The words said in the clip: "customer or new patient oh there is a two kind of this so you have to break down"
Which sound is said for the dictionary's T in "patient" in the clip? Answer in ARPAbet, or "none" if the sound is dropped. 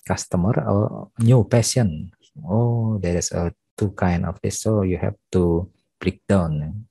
none